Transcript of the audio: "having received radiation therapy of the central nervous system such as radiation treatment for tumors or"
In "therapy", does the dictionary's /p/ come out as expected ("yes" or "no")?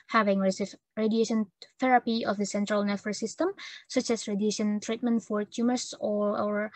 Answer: yes